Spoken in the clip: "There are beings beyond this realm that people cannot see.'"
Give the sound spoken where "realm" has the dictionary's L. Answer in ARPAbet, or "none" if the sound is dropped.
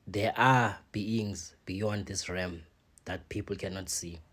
none